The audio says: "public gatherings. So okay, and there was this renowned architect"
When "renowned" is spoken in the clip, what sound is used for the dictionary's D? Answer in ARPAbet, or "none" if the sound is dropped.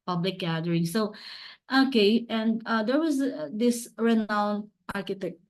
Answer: none